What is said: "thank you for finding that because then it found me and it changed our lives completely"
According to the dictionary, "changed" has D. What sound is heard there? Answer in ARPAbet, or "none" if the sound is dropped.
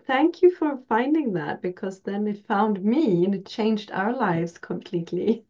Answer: D